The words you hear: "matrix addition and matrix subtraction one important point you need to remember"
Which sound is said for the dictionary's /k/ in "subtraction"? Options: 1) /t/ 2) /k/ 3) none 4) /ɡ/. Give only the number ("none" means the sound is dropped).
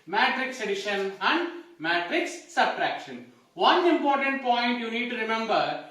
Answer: 2